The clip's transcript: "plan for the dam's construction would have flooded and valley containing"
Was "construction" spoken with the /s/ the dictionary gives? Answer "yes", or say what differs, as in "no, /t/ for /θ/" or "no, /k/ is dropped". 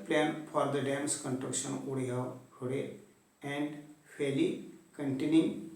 no, /s/ is dropped